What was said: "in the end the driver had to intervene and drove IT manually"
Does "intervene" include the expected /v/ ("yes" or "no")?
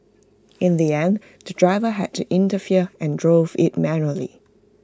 no